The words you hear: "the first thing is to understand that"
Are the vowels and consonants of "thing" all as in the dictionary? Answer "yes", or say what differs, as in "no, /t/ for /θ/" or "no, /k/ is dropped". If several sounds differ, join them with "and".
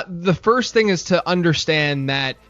yes